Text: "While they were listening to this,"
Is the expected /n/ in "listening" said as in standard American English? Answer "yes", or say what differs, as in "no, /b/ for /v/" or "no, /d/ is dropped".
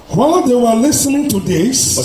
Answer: yes